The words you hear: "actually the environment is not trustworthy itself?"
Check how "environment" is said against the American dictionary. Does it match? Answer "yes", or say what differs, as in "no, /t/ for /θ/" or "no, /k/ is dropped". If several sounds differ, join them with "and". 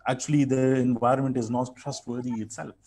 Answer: yes